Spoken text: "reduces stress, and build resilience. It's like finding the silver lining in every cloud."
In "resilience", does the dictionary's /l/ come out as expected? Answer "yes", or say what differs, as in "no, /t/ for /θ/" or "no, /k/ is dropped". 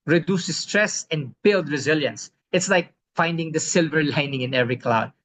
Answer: yes